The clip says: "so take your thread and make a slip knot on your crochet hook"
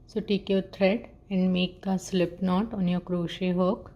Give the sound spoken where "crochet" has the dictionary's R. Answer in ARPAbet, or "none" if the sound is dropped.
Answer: R